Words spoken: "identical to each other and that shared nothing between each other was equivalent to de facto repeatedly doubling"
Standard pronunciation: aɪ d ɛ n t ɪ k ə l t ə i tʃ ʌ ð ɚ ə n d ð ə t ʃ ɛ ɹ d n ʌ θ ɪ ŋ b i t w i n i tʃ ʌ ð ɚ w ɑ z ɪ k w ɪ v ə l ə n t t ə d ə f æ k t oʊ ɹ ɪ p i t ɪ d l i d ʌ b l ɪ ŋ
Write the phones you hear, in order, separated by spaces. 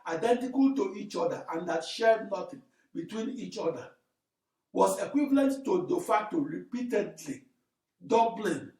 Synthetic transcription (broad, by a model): aɪ d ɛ n t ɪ k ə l t ə i tʃ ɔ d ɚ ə n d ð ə t ʃ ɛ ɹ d n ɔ t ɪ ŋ b i t w i n i tʃ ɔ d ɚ w ɑ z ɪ k w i v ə l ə n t t ə d ə f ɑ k t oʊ ɹ ɪ p i t ɪ d l i d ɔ b l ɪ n